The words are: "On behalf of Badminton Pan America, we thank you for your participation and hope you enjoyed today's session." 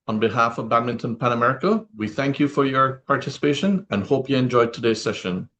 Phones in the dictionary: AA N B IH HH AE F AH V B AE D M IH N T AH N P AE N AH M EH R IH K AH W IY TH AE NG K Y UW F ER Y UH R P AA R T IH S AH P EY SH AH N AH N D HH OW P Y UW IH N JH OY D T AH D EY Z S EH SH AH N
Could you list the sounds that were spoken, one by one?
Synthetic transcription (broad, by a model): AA N B IH HH AE F AH V B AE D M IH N T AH N P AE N AH M EH R IH K AH W IY TH AE NG K Y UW F ER Y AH R P AA R T IH S AH P EY SH AH N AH N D HH OW P Y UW IH N JH OY D T AH D EY Z S EH SH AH N